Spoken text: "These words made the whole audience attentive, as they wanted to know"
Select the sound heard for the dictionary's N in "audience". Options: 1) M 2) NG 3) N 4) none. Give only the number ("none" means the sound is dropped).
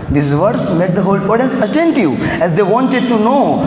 4